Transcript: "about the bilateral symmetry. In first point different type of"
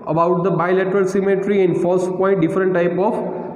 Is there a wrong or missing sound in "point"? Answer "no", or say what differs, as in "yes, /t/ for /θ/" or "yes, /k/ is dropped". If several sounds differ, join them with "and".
yes, /n/ is dropped